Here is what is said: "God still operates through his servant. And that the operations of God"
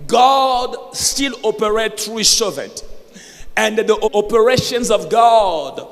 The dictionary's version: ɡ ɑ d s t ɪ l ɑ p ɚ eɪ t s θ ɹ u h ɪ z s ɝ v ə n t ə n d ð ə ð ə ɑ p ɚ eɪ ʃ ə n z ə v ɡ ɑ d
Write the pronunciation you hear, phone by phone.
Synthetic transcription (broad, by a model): ɡ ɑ d s t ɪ l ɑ p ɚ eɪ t θ ɹ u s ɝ v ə n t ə n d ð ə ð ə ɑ p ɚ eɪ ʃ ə n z ə v ɡ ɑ d